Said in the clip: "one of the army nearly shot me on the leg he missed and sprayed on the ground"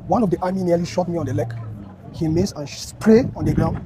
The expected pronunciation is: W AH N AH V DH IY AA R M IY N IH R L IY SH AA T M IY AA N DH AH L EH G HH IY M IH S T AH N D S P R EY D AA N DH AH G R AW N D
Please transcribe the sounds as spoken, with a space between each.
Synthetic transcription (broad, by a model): W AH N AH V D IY AA M IY N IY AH L IY SH AA T M IY AA N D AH L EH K HH IY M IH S AH N S P R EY AA N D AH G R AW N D